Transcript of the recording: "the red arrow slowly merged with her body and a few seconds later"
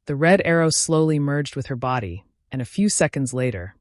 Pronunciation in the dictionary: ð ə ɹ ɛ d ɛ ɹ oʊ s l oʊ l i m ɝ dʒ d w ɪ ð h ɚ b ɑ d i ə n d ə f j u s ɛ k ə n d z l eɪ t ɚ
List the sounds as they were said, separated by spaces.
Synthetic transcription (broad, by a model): ð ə ɹ ɛ d ɛ ɹ oʊ s l oʊ l i m ɝ dʒ d w ɪ ð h ɚ b ɑ d i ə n ə f j u s ɛ k ə n d z l eɪ t ɚ